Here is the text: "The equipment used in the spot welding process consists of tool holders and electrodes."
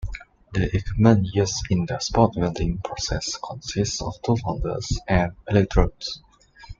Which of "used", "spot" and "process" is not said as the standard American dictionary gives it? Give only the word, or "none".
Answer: used